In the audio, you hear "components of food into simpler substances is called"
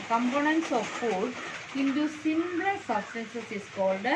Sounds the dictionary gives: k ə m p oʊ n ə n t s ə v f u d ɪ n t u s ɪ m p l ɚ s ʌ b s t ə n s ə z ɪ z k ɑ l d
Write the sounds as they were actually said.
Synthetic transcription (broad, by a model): k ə m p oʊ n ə n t s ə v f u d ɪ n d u s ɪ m b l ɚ s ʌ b s t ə n s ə s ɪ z k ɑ l d